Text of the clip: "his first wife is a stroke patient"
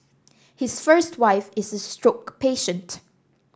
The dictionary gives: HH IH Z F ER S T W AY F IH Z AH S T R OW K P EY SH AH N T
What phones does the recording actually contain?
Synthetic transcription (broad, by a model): HH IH S F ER S T W AY F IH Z AH S T R OW K P EY SH AH N T